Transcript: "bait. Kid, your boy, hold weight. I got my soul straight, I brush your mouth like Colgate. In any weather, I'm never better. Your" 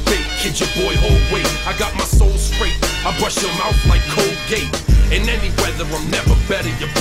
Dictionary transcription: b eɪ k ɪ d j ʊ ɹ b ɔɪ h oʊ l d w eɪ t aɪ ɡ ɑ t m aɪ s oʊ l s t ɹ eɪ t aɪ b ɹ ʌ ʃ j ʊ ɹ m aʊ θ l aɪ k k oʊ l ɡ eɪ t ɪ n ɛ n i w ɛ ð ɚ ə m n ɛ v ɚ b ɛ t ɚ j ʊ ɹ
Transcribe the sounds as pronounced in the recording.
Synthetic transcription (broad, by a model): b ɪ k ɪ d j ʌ ɹ b ɔɪ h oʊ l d w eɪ aɪ ɡ ɑ t m aɪ s oʊ l s t ɹ eɪ t aɪ b ɹ ʌ ʃ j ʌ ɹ m aʊ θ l aɪ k k oʊ l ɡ eɪ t ɪ n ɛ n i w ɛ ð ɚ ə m n ɛ v ɚ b ɛ t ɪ j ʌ ɹ